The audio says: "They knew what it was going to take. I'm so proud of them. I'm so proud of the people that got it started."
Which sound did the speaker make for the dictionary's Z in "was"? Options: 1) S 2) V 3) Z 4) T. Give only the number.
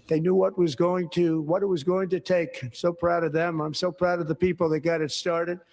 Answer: 3